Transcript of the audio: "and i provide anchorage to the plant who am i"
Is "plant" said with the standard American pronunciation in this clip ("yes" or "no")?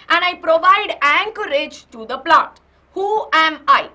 no